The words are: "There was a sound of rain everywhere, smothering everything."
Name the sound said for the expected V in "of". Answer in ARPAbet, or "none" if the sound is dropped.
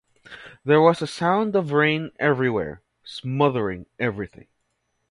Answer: V